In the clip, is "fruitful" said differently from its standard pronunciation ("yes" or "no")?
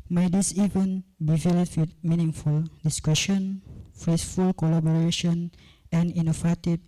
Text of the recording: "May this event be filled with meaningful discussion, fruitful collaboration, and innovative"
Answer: yes